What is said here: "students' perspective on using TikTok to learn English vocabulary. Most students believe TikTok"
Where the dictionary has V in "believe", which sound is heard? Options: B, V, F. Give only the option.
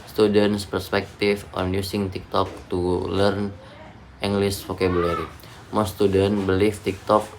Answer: F